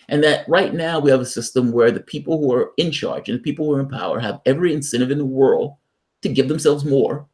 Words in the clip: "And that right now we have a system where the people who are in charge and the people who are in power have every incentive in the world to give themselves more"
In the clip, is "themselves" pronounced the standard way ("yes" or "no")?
yes